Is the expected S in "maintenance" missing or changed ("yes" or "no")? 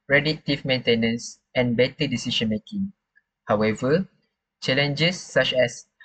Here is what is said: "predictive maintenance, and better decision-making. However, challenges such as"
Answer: no